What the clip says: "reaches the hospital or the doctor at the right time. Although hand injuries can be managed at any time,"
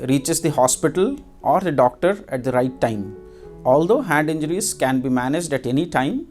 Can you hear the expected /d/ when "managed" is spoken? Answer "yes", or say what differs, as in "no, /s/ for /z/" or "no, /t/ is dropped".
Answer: yes